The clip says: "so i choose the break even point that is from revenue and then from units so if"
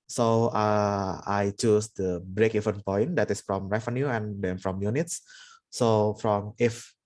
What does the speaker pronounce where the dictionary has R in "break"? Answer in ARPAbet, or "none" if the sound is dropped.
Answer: R